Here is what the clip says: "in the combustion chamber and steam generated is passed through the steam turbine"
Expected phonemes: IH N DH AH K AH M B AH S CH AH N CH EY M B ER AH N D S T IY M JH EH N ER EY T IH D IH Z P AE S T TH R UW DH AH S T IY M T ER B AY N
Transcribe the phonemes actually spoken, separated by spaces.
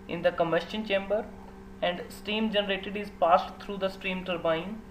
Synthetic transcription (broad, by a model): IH N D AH K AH M AH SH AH N CH EY M B ER AH N D S T IY M JH EH N ER EY T IH D IH Z P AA S T T R UW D AH S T IY M T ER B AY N